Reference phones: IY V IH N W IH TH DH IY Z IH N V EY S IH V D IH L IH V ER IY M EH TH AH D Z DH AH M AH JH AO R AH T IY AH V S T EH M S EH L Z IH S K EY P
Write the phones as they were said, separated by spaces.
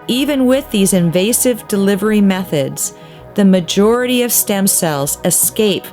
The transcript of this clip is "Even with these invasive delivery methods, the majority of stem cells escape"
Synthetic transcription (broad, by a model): IY V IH N W IH DH IY Z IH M V EY S IH V D IH L IH V ER IY M EH TH AH D Z DH AH M AH JH AO R AH T IY AH V S T EH M S EH L Z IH S K EY P